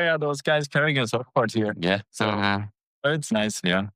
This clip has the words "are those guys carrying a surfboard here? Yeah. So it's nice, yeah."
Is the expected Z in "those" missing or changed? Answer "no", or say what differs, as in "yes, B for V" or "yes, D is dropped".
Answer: no